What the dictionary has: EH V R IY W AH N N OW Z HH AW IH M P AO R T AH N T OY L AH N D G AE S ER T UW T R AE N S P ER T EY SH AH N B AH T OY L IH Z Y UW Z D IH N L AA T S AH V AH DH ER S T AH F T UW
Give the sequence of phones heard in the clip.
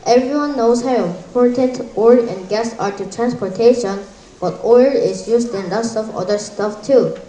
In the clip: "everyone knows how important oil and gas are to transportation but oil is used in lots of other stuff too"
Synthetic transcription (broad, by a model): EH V R IY W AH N N OW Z HH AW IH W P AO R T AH T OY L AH N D G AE S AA T UW T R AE N S P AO T EY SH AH N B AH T OY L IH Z Y UW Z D IH N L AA S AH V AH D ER S T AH F T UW